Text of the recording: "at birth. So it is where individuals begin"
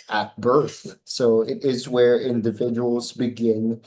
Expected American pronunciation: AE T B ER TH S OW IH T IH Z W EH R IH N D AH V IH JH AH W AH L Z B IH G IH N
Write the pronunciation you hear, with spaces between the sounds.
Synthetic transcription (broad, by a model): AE T B ER TH S OW IH T IH Z W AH R IH N D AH V IH JH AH W L Z B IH G IH N